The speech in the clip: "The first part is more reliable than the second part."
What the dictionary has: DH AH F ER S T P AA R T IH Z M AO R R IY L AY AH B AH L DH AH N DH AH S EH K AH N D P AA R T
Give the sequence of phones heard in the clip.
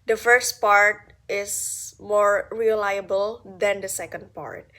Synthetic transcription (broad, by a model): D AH F ER S T P AA R T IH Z M AO R R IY L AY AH B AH L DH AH N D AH S EH K AH N D P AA R T